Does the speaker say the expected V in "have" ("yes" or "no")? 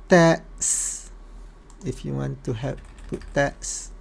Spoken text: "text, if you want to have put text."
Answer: no